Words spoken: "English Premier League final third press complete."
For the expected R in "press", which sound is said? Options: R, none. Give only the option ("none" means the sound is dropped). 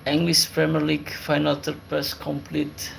none